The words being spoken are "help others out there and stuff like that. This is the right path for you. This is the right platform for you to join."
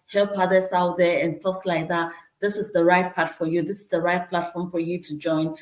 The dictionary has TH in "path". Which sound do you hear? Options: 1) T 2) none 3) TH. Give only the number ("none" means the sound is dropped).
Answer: 1